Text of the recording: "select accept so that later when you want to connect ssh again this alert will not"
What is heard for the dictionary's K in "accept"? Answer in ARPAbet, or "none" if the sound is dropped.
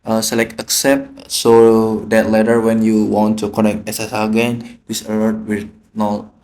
K